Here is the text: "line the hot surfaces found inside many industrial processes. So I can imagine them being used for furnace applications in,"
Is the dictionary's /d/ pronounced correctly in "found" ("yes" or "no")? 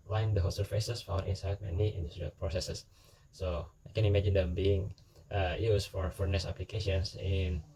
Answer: no